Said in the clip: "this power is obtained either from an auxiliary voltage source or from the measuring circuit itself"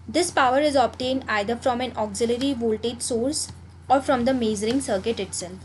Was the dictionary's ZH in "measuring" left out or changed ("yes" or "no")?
yes